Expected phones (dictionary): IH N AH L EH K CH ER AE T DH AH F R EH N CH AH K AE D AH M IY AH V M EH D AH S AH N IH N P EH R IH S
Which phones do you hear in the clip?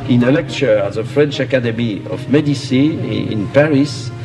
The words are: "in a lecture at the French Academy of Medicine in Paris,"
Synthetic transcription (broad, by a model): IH N AH L EH K CH ER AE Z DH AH F R EH N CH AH K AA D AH M IY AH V M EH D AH S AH IH N P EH R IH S